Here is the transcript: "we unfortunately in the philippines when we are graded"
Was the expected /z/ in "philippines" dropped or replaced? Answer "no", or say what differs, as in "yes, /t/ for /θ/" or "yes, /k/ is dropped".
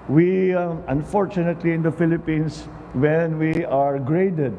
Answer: yes, /s/ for /z/